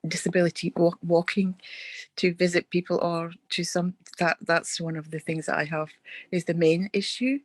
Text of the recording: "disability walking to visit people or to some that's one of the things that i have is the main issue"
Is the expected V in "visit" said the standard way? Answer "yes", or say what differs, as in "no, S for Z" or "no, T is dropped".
yes